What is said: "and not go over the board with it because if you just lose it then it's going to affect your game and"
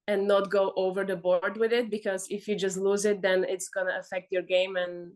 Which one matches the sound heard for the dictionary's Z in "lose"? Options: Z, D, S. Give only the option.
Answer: Z